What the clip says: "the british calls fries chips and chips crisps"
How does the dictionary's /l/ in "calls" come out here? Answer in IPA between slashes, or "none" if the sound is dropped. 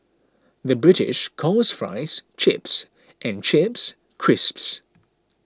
none